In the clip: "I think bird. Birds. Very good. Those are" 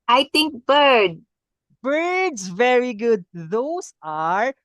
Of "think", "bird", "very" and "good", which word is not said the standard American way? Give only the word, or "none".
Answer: think